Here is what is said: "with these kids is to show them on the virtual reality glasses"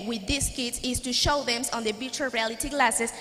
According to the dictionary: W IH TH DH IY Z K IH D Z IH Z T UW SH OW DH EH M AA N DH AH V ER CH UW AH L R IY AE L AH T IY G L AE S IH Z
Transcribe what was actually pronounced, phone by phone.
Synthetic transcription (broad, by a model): W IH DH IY S K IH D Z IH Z T UW SH OW DH EH M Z N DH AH B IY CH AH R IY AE L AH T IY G L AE S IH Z